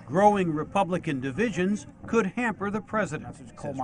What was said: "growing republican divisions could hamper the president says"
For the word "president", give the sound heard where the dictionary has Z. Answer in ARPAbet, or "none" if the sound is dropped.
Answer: Z